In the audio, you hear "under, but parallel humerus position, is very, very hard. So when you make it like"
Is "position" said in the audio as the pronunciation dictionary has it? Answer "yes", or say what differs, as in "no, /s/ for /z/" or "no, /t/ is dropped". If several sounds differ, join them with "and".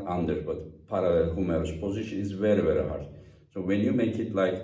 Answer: yes